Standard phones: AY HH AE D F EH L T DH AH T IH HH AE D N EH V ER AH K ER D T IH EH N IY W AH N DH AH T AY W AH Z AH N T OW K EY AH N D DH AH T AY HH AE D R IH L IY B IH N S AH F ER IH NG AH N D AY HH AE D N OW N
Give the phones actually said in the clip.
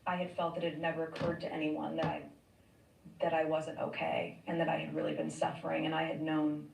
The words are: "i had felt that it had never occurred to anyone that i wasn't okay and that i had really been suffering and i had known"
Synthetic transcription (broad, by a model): AY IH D F EH L T DH AH T IH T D N EH V ER AH K ER D T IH EH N IY W AH N DH AH T AY W AH Z AH N T OW K EY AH N DH AH T AY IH D R IH L IY B IH N S AH F ER IH NG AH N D AY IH D N OW N